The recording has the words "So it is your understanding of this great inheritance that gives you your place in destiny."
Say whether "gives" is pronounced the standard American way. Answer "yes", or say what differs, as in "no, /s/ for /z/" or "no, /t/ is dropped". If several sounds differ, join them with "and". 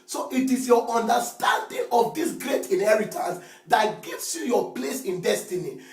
no, /s/ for /z/